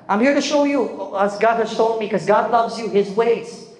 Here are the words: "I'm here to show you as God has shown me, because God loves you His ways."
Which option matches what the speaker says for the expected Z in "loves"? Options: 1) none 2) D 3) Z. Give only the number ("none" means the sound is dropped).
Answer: 3